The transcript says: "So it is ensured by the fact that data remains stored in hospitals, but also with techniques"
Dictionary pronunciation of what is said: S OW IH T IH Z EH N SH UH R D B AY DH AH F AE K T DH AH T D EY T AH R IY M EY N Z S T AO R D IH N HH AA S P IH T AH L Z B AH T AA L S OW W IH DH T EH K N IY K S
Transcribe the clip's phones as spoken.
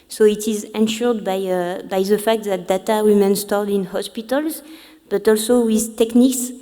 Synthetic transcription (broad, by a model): S OW IH T IH Z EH N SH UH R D B AY DH AH F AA K T DH AH T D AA T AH W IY M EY N S T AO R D IH N HH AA S P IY T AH L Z B AH T AA L S OW W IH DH T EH K N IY K S